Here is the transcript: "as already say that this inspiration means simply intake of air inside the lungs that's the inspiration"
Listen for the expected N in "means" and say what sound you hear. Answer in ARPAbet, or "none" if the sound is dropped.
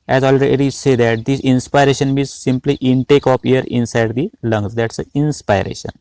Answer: none